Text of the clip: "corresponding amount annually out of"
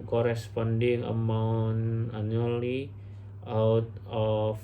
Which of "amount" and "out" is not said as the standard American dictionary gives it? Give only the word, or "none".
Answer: amount